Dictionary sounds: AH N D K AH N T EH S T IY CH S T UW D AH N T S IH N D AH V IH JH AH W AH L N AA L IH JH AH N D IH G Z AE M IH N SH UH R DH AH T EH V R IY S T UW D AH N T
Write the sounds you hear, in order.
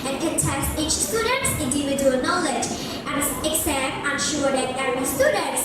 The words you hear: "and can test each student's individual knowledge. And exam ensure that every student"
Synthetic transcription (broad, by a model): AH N K AH N T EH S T IY CH S T UW D AH N T S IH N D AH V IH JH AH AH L N AA L IH JH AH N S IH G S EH IH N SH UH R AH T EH R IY S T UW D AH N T